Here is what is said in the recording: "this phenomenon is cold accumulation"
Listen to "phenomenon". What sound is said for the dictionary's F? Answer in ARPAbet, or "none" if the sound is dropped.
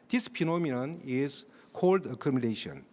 P